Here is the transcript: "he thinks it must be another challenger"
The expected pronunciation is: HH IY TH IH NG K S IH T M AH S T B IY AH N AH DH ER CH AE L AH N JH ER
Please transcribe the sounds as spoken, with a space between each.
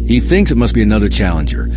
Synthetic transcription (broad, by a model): HH IY TH IH NG K S IH T M AH S T B IY AH N AH DH ER CH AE L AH N JH ER